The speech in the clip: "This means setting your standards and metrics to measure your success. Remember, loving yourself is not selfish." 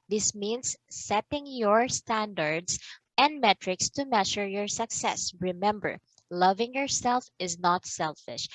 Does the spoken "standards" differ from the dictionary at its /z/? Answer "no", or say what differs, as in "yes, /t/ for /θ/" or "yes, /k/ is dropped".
yes, /s/ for /z/